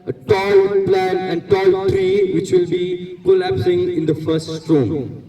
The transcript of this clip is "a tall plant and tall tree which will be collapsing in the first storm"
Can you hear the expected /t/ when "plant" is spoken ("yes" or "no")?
no